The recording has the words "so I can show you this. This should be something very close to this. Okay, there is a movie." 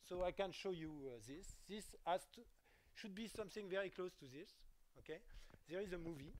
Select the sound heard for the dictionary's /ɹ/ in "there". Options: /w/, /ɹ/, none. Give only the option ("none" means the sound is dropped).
/ɹ/